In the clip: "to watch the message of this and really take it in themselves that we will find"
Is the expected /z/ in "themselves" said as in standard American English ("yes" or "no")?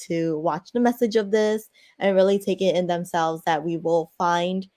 yes